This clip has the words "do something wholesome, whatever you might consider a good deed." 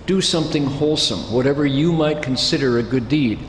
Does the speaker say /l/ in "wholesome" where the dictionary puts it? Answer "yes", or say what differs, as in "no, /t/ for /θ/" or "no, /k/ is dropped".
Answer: yes